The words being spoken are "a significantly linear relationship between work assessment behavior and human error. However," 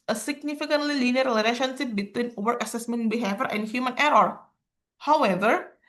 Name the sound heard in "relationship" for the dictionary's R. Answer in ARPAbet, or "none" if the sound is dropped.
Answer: L